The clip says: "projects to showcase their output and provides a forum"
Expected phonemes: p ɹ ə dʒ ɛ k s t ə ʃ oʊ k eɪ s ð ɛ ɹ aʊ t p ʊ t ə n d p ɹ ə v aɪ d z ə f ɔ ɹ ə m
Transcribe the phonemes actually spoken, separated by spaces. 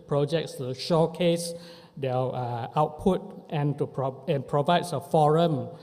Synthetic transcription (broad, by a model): p ɹ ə dʒ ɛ k s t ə ʃ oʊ k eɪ s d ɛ l aʊ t p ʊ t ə n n p ɹ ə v aɪ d s ə f ɔ ɹ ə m